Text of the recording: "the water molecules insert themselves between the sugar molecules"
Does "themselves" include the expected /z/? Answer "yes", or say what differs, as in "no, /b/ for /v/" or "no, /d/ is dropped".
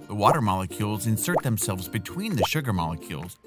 yes